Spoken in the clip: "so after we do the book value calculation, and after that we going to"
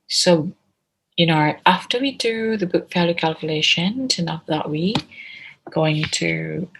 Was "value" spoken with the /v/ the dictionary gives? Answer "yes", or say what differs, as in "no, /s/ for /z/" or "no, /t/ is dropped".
no, /f/ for /v/